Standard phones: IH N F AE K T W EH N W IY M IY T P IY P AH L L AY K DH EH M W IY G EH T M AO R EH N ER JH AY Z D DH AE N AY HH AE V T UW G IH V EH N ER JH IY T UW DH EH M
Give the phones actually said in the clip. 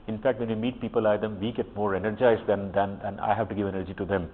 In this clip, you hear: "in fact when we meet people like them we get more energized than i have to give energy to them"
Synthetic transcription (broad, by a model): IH N F AE K T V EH N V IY M IY T P IY P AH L L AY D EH M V IY G EH T M AO R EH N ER JH AY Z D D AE N AY HH AE V T UW G IH V EH N ER JH IY T UW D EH M